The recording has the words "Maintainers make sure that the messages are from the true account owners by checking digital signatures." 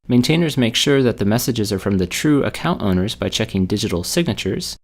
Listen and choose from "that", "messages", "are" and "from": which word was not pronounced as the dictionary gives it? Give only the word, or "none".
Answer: none